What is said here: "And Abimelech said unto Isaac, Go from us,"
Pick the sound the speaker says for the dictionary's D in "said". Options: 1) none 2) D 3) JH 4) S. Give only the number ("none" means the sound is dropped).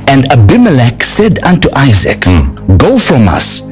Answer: 2